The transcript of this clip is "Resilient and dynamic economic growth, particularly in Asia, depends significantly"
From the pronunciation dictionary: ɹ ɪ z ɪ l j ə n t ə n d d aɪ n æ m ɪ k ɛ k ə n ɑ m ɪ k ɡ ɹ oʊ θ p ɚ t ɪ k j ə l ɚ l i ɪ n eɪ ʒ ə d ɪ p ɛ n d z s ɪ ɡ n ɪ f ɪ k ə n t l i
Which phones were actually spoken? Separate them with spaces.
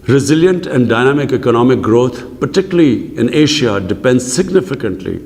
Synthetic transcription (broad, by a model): ɹ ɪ z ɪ l j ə n t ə n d d aɪ n æ m ɪ k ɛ k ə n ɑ m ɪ k ɡ ɹ oʊ t p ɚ t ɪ k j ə l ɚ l i ɪ n eɪ ʃ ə d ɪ p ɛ n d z s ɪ ɡ n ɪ f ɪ k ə n t l i